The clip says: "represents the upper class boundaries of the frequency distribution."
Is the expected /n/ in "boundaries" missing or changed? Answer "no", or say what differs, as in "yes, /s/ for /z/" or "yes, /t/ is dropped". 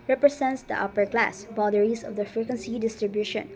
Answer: yes, /n/ is dropped